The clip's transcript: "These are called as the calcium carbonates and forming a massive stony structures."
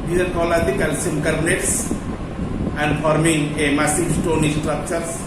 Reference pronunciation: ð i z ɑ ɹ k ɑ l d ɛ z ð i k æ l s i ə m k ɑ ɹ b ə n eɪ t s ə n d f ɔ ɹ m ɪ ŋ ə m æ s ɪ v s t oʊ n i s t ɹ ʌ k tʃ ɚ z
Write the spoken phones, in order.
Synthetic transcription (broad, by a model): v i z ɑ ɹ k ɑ l ɑ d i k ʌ l s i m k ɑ ɹ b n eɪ t s ə n d f ɔ ɹ m ɪ ŋ ə m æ s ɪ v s t oʊ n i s t ɹ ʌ k tʃ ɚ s